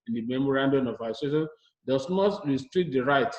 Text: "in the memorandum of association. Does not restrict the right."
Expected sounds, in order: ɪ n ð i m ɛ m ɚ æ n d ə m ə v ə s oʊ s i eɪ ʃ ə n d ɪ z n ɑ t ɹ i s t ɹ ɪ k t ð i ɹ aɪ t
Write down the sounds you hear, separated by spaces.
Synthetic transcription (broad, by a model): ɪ n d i m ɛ m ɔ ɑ n d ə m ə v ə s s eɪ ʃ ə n d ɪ s n ɑ t ɹ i s t ɹ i k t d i ɹ aɪ t